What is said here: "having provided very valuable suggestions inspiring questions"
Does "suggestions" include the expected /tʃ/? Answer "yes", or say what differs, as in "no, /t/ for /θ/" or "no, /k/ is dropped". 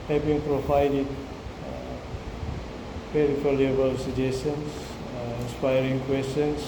no, /tʃ/ is dropped